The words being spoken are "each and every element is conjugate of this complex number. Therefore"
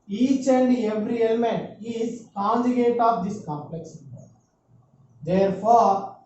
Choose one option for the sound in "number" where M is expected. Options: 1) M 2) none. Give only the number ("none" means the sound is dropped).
2